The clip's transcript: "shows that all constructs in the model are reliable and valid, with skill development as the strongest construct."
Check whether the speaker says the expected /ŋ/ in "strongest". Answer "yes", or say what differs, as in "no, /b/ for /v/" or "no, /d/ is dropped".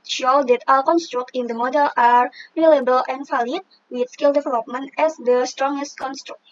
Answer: yes